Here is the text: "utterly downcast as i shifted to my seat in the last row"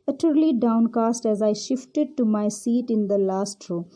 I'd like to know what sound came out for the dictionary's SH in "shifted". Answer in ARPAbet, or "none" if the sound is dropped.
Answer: SH